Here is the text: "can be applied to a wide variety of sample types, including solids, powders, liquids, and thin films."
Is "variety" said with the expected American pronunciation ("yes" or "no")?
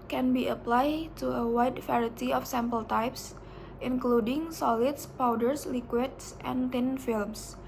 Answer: no